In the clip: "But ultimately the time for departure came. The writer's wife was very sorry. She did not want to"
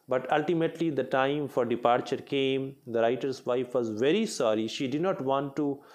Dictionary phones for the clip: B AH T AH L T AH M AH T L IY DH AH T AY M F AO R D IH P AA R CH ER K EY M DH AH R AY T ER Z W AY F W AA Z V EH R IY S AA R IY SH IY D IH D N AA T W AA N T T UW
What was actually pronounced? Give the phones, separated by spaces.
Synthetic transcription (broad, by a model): B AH T AH L T AH M AH T L IY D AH T AY M F AO R D IH P AA R CH ER K EY M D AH R AY T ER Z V AY F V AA Z V EH R IY S AA R IY SH IY D IH D N AA T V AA N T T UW